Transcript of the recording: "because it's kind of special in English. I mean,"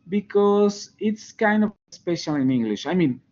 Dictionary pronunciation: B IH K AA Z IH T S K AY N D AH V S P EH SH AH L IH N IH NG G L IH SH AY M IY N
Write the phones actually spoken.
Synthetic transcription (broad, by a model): B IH K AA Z IH T S K AY N D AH S P EH SH AH L IH N IH NG G L IH SH AY M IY N